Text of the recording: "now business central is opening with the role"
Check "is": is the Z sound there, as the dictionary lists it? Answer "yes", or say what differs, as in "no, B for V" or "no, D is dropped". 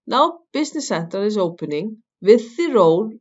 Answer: no, S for Z